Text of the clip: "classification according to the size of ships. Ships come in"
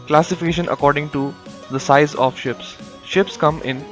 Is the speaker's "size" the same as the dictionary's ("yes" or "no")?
yes